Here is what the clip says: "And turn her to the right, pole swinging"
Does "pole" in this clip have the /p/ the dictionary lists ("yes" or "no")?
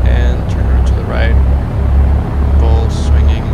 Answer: no